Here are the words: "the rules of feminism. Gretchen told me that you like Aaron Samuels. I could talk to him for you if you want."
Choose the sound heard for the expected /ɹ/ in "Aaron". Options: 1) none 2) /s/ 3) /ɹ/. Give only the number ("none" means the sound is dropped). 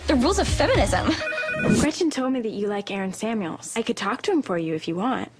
3